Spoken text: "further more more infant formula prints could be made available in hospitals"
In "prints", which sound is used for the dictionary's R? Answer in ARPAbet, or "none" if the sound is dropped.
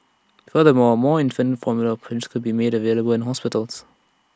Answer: none